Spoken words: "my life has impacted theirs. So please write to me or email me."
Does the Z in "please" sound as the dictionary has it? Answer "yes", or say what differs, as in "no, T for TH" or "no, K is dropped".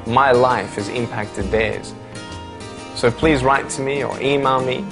yes